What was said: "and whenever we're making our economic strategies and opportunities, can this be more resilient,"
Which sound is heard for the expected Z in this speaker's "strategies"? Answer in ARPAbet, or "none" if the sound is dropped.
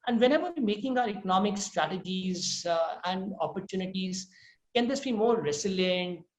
Z